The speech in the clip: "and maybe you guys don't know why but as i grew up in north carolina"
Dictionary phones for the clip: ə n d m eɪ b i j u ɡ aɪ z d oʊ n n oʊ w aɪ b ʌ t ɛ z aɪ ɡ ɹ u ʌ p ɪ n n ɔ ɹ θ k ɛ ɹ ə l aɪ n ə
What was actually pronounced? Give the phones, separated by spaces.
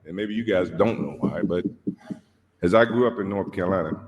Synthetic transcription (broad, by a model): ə n m eɪ b i j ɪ ɡ aɪ z d oʊ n n oʊ w aɪ b ʌ t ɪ z aɪ ɡ ɹ u ʌ p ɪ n n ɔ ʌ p k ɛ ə l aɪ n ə